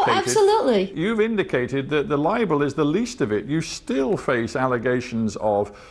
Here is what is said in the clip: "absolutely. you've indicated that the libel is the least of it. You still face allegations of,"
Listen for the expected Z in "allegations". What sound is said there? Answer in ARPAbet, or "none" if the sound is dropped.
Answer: Z